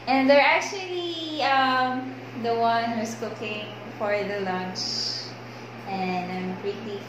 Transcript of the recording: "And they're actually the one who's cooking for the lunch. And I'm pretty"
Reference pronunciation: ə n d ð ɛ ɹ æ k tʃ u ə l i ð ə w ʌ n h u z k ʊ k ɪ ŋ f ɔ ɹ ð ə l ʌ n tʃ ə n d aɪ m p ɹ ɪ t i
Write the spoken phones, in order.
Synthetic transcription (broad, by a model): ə n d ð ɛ ɹ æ k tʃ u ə l i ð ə w ʌ n h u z k ʊ k ɪ ŋ f ɔ ɹ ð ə l ʌ n tʃ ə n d aɪ m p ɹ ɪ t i